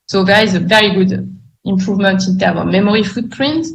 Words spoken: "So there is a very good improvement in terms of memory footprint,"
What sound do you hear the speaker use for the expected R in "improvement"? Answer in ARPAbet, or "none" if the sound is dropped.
R